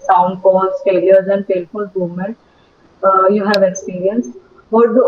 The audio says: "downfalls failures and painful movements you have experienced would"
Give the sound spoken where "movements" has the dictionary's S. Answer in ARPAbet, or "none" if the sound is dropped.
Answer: none